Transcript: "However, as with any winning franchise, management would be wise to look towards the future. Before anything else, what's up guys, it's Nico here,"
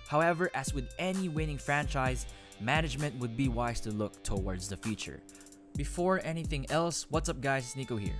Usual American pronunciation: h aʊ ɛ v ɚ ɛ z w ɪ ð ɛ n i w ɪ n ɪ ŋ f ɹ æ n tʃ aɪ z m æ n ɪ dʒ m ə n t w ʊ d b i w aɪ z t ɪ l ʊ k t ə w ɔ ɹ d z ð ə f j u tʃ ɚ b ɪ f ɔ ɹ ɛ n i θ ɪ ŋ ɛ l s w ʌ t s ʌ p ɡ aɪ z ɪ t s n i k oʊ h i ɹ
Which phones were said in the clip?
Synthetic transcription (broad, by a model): h aʊ ɛ v ɚ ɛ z w ɪ ð ɛ n i w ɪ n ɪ ŋ f ɹ æ n tʃ aɪ z m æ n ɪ dʒ m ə n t w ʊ d b i w aɪ z t ɪ l ʊ k t ə w ɔ ɹ d z ð ə f j u tʃ ɚ b ɪ f ɔ ɹ ɛ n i θ ɪ ŋ ɛ l s w ʌ t s ʌ p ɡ aɪ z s n i k oʊ h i ɹ